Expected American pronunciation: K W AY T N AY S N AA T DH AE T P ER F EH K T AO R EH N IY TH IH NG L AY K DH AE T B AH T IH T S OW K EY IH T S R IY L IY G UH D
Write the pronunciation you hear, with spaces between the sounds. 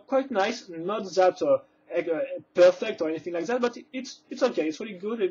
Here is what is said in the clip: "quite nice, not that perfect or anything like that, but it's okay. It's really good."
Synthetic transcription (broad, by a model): K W AY T N AY S N AA T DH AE T P ER F EH K T AO R EH N IY TH IH NG L AY K DH AE T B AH T IH T S OW K EY IH T S R IY L IY G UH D